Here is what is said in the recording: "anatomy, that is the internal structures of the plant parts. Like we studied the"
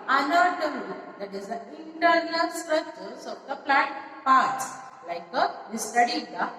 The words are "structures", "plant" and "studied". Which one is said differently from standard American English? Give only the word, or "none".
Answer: structures